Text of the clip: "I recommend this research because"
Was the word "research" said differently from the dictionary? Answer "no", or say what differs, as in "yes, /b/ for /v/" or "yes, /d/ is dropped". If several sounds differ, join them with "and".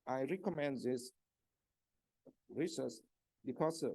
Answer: yes, /s/ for /tʃ/